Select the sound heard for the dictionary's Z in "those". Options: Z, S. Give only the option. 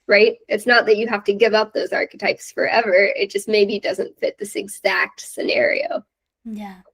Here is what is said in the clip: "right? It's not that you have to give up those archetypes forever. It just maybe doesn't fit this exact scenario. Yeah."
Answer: Z